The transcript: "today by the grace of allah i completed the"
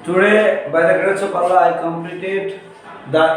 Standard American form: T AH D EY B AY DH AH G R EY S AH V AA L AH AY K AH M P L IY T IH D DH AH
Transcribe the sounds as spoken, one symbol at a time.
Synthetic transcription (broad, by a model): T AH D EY B AY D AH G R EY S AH P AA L AY K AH M P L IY T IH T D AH